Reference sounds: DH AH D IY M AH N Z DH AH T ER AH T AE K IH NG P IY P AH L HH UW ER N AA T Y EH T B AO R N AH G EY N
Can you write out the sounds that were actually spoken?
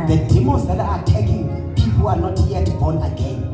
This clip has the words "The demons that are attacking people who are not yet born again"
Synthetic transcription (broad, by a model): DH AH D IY M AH Z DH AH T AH T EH K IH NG P IY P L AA N AA T Y EH T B AO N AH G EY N